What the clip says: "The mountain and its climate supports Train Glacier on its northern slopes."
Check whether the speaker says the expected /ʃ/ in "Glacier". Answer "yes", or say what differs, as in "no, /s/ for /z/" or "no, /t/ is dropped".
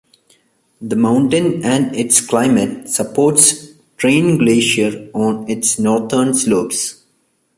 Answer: yes